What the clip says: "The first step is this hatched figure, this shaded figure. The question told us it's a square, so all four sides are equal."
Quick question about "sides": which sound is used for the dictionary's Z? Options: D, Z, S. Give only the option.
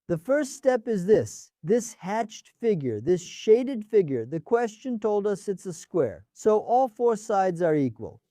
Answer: Z